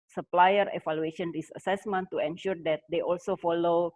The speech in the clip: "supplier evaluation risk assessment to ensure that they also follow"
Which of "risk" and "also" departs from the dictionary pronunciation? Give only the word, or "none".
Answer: risk